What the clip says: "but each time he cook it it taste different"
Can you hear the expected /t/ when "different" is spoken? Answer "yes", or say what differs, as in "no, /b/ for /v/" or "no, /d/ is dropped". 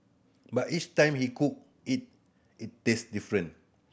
no, /t/ is dropped